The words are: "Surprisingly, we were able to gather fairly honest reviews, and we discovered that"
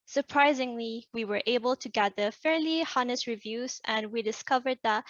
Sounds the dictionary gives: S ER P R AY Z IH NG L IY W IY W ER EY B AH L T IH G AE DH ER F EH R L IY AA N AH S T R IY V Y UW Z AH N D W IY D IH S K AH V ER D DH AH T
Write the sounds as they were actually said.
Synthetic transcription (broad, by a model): S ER P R AY Z IH NG L IY W IY W ER EY B AH L T IH G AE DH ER F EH R L IY AA N AH S T R IY V Y UW Z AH N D W IY D IH S K AH V ER D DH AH T